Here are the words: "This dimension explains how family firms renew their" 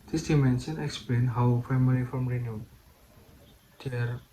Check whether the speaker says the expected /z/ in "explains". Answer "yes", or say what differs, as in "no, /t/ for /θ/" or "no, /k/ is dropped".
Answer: no, /z/ is dropped